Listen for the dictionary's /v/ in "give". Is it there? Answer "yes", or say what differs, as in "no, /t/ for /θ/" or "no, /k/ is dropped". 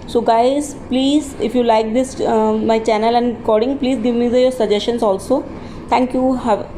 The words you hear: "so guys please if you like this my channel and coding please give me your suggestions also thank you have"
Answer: yes